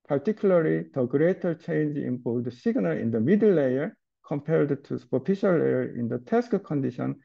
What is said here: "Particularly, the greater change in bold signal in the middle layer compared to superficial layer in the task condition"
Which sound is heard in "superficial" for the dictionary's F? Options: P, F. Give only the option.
P